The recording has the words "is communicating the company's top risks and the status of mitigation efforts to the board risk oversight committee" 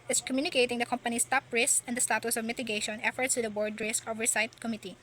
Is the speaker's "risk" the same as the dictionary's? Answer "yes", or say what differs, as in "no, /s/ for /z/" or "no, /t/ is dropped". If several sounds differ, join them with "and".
yes